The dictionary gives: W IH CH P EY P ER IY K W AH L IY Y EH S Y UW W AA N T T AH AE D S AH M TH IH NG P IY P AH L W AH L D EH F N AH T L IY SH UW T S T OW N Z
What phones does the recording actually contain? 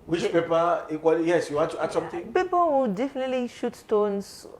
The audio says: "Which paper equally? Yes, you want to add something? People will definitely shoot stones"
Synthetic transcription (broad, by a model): W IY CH P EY P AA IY K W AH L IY Y EH S Y UW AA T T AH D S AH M T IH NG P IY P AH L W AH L D EH F N AH T L IY SH UW T S T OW N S